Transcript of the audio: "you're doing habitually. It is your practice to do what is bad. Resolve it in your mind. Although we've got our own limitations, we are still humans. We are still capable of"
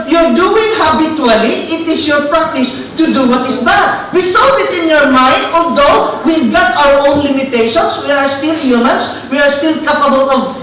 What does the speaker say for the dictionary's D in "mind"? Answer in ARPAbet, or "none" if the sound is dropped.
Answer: D